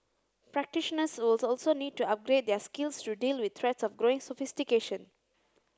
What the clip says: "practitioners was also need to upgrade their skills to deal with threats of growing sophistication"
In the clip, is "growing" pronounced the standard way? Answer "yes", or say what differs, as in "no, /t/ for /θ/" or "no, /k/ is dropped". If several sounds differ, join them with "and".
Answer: yes